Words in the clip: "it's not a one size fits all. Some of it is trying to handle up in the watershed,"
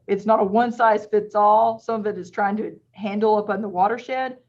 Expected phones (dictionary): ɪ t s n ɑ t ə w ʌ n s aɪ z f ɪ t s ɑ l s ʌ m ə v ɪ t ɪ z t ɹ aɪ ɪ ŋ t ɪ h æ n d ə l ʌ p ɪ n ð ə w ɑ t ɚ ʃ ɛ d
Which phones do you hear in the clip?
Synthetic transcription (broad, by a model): ɪ t s n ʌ t ə w ʌ n s aɪ z f ɪ t s ɑ l s ʌ m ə v ɪ t ɪ z t ɹ aɪ ɪ ŋ t ɪ h æ n d l ʌ p n ð ə w ɑ t ɚ ʃ ɛ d